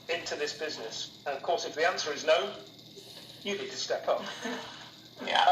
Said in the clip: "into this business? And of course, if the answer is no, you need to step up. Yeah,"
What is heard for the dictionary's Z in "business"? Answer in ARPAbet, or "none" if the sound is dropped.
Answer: Z